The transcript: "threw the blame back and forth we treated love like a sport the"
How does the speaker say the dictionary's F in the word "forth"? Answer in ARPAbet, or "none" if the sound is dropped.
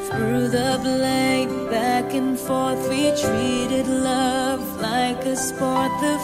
F